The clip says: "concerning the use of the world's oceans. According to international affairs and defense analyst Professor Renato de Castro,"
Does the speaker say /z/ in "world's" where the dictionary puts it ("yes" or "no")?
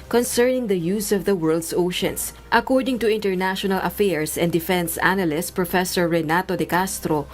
no